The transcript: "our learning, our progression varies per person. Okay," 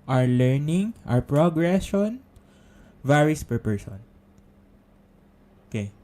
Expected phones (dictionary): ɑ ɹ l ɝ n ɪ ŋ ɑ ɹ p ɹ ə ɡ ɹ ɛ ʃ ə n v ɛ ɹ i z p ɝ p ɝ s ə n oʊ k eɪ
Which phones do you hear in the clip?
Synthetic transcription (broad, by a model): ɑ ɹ l ɝ n ɪ ŋ ɑ ɹ p ɹ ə ɡ ɹ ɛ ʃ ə n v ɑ ɹ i s p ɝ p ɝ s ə n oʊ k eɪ